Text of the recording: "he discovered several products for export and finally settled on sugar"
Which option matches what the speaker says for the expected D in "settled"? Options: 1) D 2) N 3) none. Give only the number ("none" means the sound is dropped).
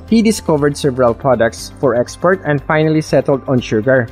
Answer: 1